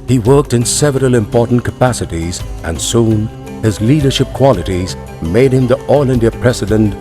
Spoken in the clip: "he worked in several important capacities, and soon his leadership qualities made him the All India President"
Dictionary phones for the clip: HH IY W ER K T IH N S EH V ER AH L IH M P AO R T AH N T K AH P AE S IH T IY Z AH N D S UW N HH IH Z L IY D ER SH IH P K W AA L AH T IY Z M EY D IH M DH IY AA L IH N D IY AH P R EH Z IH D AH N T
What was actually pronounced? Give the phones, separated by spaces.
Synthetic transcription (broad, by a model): HH IY W ER K T IH N S EH V ER AH L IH M P AO R T N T K AH P AE S IH T IY Z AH N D S UW N HH IH Z L IY D ER SH IH P K W AA L AH T IY Z M EY D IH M DH IY AA L IH N D IY AH P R EH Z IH D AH N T